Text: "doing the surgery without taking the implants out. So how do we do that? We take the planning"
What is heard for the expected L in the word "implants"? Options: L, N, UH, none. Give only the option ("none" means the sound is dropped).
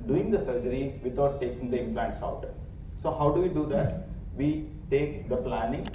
L